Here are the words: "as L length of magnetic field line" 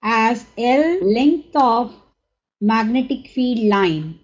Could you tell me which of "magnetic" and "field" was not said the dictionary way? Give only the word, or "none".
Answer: field